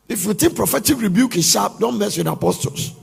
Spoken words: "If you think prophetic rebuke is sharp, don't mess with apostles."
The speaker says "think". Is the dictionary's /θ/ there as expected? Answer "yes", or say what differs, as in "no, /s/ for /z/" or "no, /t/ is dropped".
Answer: no, /t/ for /θ/